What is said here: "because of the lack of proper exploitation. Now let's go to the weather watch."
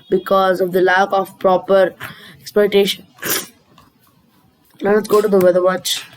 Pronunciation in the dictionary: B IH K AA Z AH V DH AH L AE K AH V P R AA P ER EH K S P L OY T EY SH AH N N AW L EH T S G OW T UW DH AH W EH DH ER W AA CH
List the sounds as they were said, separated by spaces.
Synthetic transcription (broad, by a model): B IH K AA Z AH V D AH L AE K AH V P R AA P ER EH K S P OY T EY SH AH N N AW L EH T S G OW T UW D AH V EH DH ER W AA CH